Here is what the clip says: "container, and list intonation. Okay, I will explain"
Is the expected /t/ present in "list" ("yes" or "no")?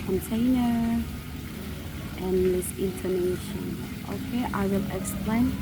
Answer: no